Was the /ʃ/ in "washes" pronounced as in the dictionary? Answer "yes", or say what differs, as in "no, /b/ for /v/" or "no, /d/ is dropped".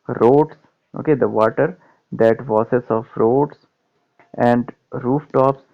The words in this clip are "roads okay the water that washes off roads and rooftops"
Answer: no, /s/ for /ʃ/